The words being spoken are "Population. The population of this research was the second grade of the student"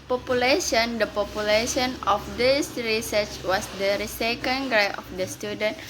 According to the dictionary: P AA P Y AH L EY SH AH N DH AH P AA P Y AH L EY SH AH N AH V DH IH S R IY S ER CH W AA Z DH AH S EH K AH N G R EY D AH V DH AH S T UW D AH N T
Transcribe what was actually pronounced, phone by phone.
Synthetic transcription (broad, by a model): P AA P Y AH L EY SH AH N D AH P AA P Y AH L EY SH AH N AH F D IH S R IY S ER CH W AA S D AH S EH K AH N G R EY AH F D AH S T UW D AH N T